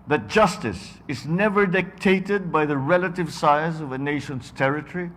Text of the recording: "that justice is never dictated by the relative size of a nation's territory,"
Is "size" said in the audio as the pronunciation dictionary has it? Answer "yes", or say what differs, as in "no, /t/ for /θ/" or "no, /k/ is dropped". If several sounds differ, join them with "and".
yes